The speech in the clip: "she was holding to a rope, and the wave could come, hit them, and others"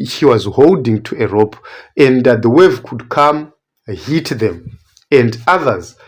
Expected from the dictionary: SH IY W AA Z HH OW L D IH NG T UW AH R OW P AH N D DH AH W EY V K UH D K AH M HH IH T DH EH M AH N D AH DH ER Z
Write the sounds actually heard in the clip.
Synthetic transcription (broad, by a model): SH IY W AA Z HH OW L D IH NG T UW AH R OW P AH N D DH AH W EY V K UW D K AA M HH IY T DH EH M AH N D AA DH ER Z